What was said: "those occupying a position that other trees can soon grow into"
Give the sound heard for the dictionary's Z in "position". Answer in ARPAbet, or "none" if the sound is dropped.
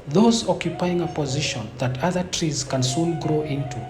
Z